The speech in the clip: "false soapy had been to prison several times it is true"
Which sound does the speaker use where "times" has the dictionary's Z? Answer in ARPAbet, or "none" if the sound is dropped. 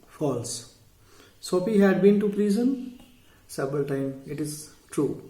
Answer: none